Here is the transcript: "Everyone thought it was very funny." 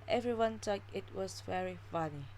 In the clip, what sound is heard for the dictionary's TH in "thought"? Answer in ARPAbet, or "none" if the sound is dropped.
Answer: T